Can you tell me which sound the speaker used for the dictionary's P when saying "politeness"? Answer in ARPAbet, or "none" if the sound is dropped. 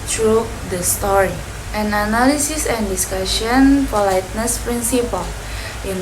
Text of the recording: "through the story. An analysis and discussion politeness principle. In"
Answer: F